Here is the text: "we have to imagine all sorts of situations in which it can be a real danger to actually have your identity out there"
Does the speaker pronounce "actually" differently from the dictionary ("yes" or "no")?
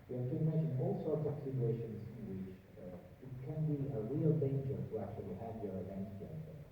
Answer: no